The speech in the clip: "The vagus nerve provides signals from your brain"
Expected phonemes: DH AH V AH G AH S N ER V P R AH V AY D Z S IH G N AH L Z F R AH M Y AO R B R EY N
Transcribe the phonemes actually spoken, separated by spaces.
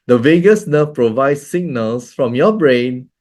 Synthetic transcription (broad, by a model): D AH V AH G AH S N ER F P R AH V AY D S S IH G N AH L S F R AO M Y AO B R EY N